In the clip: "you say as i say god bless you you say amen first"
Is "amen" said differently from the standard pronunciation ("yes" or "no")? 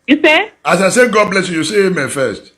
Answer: no